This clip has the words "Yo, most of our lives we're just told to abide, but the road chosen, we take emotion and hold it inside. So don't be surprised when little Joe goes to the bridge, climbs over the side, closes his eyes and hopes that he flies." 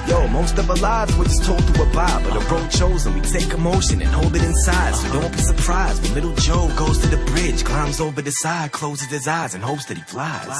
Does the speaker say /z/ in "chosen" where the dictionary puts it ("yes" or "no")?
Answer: yes